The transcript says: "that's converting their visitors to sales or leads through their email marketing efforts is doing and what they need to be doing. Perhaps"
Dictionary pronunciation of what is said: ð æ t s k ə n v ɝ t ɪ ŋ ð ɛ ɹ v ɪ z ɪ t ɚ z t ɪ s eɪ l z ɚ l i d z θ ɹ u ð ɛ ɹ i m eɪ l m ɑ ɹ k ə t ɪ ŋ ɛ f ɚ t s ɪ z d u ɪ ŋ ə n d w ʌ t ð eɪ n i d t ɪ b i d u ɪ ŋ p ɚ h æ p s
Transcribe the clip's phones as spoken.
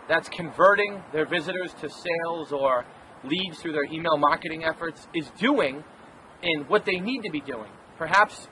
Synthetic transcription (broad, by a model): ð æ t s k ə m v ɝ t ɪ ŋ ð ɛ ɹ v ɪ z ɪ t ɚ z t ɪ s eɪ l z ɚ l i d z θ ɹ u ð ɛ ɹ i m eɪ l m ɑ ɹ k ə t ɪ ŋ ɛ f ɚ t s ɪ z d u ɪ ŋ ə n w ʌ t ð eɪ n i d t ɪ b i d u ɪ ŋ p ɚ h æ p s